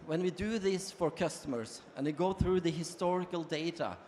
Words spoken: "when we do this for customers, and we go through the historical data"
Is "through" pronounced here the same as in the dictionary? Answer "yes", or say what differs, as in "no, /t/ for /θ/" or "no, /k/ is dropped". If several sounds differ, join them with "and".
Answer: yes